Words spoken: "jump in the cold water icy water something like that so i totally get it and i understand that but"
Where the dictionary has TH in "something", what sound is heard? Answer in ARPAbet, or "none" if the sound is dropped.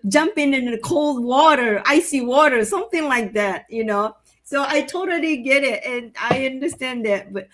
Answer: TH